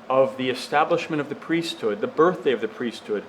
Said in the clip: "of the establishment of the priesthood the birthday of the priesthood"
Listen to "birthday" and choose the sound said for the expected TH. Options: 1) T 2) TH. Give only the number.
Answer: 2